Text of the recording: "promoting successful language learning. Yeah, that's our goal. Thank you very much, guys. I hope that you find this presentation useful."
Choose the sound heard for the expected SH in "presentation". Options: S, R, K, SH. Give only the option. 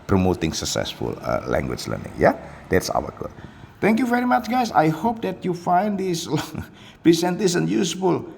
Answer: S